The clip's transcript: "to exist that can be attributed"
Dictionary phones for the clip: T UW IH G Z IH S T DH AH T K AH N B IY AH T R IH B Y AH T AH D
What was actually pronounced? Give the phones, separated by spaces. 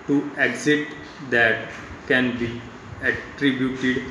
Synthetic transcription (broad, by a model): T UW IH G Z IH T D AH T K AH N B IY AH T R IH B Y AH T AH D